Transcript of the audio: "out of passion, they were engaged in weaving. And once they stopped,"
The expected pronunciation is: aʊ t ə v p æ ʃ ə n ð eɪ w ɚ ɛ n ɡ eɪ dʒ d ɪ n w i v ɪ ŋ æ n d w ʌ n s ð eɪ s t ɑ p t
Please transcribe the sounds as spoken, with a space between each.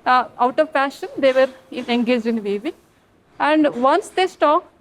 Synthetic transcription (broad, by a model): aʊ t ə v f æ ʃ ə n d eɪ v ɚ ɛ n ɡ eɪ dʒ ɪ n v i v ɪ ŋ æ n d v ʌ n s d eɪ s t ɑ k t